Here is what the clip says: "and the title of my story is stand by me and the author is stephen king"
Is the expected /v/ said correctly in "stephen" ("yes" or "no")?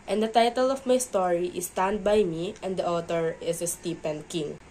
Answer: no